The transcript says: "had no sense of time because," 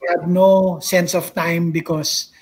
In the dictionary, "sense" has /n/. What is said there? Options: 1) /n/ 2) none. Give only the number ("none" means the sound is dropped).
1